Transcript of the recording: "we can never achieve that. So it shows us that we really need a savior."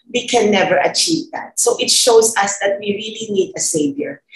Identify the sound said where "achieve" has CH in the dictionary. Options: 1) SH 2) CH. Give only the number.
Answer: 2